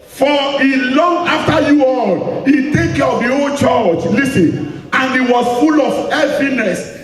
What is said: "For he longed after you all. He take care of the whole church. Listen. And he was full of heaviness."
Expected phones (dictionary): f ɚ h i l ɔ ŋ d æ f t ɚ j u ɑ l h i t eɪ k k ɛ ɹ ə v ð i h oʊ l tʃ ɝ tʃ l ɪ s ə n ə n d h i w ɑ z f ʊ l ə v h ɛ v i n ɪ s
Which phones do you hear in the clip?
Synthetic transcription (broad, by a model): f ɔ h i l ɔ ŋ ɑ f t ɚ j u ɑ l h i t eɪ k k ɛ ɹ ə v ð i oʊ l tʃ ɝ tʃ l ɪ s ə n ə n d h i w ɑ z f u l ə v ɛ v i n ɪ s